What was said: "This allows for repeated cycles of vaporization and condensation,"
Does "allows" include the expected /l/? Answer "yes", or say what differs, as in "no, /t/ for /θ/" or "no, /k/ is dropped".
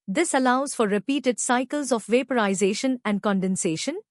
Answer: yes